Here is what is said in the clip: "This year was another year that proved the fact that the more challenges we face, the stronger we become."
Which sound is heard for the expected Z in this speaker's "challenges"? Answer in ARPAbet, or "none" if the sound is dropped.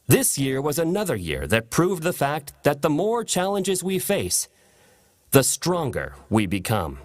Z